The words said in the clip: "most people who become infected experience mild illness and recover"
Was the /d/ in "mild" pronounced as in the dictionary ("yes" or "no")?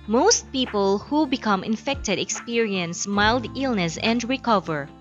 yes